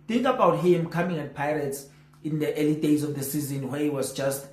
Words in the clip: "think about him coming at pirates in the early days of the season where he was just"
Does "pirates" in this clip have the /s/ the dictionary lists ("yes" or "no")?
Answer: yes